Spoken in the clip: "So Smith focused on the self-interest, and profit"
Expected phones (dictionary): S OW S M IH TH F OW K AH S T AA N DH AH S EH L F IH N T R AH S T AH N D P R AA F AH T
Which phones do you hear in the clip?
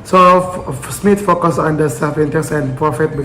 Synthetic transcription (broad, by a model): S OW S M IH T F OW K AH S AA N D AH S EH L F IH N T AH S AH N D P R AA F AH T